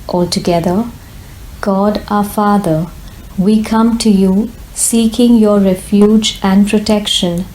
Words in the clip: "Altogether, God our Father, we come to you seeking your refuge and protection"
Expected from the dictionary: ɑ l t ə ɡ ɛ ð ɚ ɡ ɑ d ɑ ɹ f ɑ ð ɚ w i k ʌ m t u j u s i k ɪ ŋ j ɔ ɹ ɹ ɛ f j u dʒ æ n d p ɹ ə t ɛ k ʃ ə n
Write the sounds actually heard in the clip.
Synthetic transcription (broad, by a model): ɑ l t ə ɡ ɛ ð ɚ ɡ ɑ d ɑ f ɑ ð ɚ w i k ʌ m t u j u s i k ɪ ŋ j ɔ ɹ ɹ ɛ f j u dʒ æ n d p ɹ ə t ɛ k ʃ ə n